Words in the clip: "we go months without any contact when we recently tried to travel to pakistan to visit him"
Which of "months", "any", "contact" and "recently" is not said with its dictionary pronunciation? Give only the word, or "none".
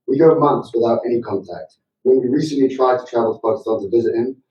none